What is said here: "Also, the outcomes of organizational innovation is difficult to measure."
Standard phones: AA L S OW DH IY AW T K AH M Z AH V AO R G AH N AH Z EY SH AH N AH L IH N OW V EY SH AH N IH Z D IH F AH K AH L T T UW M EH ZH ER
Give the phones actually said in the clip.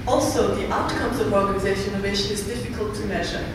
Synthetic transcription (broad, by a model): AA L S OW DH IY AW T K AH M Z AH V AO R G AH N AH Z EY AH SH IH N OW V EY SH AH N IH Z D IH F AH K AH L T T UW M EH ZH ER